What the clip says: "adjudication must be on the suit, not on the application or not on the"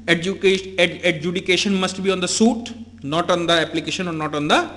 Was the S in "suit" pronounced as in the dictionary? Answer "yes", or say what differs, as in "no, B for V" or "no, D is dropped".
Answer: yes